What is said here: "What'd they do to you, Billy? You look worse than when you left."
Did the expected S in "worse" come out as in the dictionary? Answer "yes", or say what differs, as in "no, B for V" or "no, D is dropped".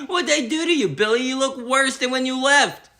yes